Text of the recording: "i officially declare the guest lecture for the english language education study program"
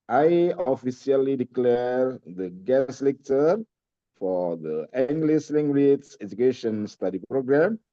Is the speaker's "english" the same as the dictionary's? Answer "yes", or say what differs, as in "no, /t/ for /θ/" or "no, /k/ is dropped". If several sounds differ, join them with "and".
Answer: no, /s/ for /ʃ/